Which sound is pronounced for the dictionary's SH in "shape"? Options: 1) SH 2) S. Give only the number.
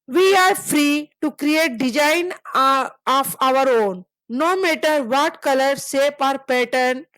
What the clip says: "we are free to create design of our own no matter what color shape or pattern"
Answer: 2